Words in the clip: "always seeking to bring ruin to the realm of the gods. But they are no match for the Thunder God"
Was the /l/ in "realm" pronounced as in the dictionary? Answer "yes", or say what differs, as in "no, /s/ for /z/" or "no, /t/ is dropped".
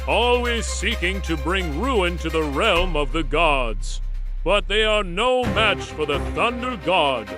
yes